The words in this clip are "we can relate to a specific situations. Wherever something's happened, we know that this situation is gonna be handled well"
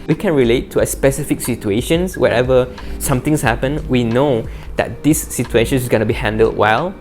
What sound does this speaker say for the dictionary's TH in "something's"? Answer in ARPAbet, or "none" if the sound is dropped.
T